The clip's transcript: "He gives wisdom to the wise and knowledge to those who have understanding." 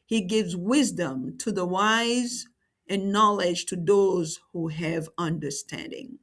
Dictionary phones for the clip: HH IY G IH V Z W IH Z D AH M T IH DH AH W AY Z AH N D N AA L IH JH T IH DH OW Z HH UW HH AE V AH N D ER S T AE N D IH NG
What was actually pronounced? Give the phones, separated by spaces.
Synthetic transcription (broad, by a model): HH IY G IH V Z W IH Z D AH M T IH DH AH W AY Z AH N N AA L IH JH T IH DH OW Z HH UW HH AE V AH N D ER S T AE N D IH NG